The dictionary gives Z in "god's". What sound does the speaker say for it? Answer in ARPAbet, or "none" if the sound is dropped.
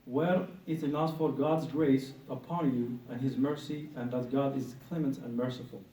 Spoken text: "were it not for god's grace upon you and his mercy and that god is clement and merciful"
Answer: Z